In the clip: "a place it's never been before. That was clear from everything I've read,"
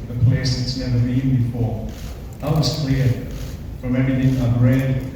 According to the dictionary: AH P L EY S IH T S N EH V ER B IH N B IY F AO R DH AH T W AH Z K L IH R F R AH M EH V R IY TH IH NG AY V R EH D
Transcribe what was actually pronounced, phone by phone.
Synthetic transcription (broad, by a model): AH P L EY S IH T S N EH V ER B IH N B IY F AO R DH AH T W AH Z K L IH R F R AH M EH R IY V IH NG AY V R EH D